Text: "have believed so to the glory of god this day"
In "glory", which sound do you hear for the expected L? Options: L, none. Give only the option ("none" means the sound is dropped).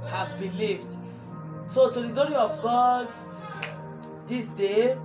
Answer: none